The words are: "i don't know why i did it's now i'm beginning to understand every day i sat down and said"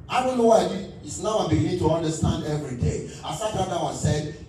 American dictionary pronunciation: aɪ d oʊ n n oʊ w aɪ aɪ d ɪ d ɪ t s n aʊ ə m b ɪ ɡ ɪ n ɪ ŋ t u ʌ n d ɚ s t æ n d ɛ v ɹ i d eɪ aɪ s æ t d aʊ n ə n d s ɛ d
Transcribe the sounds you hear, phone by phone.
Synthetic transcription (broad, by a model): aɪ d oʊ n n oʊ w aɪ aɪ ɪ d ɪ t s n aʊ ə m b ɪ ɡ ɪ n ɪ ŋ t u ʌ n d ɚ s t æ n d ɛ v ɹ i d eɪ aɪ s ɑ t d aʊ ə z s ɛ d